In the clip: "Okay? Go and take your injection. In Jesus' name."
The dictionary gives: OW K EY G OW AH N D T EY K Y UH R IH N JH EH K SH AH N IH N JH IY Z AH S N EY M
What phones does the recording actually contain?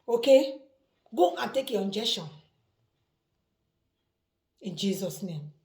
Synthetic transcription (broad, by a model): OW K EY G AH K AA T EY K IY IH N JH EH SH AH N IH N JH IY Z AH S N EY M